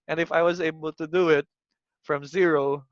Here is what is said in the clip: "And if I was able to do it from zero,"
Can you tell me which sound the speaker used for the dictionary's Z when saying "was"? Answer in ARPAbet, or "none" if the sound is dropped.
Z